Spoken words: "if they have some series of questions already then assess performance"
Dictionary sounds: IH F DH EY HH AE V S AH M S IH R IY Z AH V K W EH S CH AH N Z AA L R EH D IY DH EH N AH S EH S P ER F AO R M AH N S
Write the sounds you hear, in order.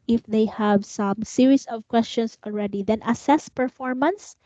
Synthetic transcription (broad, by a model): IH F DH EY HH AE V S AH M S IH R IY S AH V K W EH S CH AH N S AA L R EH D IY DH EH N AH S EH S P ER F AO R M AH N S